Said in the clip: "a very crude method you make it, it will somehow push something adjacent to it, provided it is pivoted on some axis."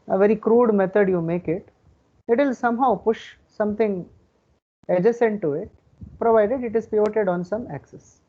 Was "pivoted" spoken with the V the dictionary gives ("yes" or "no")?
no